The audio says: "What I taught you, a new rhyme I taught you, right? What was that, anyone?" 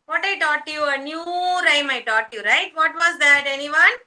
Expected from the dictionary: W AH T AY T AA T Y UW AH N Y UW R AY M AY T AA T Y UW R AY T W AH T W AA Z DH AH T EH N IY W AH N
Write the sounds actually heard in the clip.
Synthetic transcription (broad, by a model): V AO T AY T AA T Y UW AH N Y UW R AY M AY T AA T Y UW R AY T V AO T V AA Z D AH T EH N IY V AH N